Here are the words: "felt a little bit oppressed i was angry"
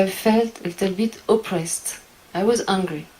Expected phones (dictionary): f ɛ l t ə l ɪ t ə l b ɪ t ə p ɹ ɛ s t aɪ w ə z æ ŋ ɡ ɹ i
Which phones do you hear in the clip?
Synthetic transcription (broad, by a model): f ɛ l t ə l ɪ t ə l b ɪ t ə p ɹ ɛ s t aɪ w ə z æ ŋ ɡ ɹ i